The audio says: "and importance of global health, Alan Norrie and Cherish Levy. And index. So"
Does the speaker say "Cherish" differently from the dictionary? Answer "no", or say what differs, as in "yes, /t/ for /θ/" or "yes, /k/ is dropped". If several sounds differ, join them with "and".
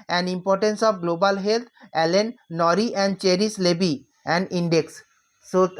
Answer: yes, /s/ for /ʃ/